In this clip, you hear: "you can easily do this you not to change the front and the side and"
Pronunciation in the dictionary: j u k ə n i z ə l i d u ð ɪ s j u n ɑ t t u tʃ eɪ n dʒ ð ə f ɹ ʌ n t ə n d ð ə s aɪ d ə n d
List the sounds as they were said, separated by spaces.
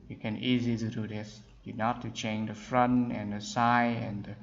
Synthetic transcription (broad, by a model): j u k ə n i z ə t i d u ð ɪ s j u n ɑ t t u tʃ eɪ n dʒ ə f ɹ ʌ n t ə n d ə s aɪ ə n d